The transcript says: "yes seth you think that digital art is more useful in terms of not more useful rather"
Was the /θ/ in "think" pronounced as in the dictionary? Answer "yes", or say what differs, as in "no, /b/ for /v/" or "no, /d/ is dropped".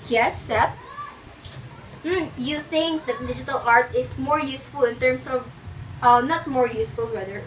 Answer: yes